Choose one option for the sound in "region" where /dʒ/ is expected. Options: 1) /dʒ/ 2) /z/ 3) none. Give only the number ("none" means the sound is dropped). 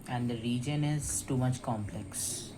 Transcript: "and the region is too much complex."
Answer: 1